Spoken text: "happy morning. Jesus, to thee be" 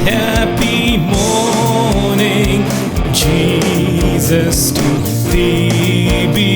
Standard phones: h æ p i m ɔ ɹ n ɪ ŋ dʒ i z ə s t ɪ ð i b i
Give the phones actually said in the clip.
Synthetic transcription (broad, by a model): h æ p i m ɔ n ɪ ŋ dʒ i z ə s t ɪ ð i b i